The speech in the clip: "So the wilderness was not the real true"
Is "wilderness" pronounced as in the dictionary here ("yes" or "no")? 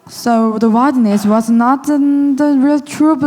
no